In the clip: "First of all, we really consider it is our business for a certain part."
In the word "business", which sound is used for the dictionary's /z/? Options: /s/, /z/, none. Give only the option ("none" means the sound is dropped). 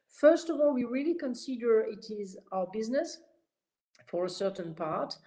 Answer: /z/